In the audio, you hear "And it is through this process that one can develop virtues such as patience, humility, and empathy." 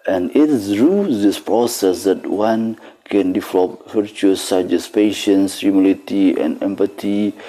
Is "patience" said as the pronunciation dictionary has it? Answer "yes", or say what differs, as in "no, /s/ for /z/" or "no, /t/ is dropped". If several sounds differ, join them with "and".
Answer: yes